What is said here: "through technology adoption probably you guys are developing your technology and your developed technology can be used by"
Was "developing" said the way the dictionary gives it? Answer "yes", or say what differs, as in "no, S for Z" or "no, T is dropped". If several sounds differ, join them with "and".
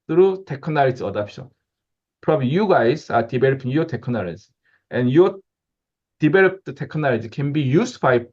no, B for V